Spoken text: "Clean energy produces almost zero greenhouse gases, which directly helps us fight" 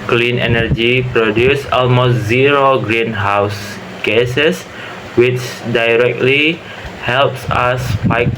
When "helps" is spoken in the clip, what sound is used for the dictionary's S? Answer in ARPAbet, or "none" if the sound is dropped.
S